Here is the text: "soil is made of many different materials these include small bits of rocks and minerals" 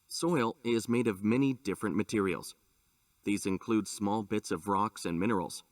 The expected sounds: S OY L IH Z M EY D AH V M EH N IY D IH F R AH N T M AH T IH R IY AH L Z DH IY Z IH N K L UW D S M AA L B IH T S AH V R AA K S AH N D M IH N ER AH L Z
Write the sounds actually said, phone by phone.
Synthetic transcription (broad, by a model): S OY L IH Z M EY D AH V M EH N IY D IH F R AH N M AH T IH R IY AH L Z DH IY Z IH N K L UW D S M AA L B IH T S AH V R AA K S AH N M IH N ER L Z